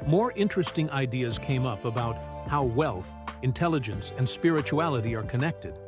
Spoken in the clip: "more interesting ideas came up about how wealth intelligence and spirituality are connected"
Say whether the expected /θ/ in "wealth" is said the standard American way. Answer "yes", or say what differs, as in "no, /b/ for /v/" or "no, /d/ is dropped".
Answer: yes